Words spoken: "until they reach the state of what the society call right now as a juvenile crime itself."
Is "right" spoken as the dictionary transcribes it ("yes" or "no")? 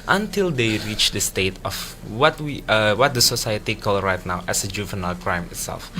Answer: yes